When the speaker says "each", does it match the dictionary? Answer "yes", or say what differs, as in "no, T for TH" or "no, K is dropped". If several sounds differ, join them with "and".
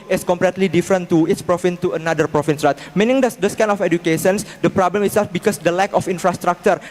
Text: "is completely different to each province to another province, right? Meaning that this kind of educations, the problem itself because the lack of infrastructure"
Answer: no, S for CH